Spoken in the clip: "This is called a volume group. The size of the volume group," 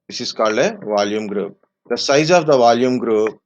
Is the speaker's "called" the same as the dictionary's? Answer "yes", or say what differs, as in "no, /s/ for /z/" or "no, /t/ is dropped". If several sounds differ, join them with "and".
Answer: no, /d/ is dropped